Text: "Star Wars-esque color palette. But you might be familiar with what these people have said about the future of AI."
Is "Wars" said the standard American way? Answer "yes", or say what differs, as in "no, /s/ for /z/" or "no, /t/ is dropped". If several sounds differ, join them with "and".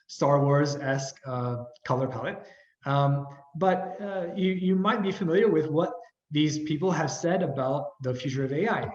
yes